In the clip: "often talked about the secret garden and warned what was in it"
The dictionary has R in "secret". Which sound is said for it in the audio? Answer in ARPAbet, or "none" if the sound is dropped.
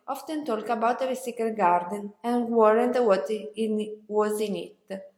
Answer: none